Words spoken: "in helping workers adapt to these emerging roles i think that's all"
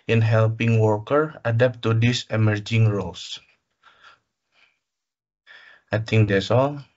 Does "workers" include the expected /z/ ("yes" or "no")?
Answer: no